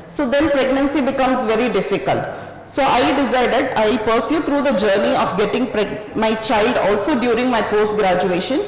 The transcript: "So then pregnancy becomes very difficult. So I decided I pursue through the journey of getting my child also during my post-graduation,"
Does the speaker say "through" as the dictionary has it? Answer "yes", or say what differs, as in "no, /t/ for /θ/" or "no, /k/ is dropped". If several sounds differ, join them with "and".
no, /t/ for /θ/